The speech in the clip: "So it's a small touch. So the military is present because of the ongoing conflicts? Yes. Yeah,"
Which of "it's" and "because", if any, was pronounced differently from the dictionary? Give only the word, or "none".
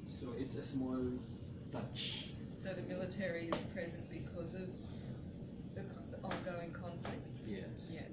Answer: none